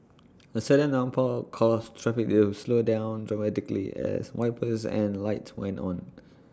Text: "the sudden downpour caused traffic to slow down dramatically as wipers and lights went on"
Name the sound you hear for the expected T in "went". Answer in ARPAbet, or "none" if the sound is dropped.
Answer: T